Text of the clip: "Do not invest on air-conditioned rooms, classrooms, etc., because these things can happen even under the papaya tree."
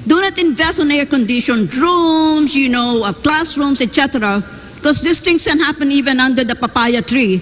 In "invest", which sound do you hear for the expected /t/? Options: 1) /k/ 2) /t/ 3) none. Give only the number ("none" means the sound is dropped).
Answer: 3